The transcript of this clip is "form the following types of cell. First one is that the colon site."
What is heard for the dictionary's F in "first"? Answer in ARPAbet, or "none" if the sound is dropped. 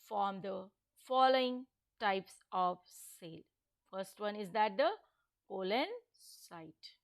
F